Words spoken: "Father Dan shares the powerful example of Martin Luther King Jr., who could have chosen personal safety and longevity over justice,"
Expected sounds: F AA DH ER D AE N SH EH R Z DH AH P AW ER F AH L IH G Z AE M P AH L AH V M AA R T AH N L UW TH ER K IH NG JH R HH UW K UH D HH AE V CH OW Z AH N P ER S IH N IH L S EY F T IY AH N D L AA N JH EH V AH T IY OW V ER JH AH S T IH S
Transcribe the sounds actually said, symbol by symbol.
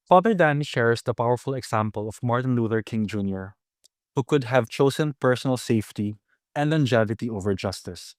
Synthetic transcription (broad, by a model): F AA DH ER D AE N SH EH R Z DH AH P AW ER F AH L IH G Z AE M P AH L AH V M AA R T AH N L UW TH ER K IH NG JH R HH UW K UH D HH AE V CH OW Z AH N P ER S IH N IH L S EY F T IY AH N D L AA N JH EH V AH T IY OW V ER JH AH S T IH S